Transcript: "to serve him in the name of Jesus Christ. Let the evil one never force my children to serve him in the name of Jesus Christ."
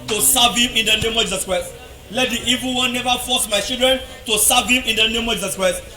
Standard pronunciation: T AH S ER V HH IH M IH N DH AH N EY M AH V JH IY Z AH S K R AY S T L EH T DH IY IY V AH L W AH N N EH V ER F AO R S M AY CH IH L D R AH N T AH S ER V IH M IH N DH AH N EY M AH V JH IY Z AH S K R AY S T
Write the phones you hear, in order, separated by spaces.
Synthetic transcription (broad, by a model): T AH S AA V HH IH M IH N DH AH N EY M AH V JH IY Z AH S K R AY S T L EH T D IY IY V AH L W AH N N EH V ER F AO S M AY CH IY L D R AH N T AH S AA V IH M IH N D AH N EY M AH V JH IY Z AH S K R AY S T